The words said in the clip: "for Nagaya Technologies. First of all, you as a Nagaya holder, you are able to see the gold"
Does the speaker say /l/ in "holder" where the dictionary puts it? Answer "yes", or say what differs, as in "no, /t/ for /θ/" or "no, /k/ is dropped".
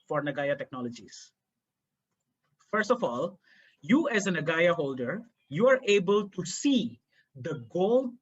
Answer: yes